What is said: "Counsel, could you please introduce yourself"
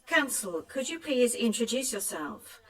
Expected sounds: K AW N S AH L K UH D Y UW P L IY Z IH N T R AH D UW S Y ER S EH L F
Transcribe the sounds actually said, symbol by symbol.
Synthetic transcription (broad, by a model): K AW N S AH L K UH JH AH P L IY Z IH N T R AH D UW S Y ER S EH L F